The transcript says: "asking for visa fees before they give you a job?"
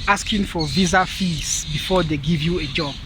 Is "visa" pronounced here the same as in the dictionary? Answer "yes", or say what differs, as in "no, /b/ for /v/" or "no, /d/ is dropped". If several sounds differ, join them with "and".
yes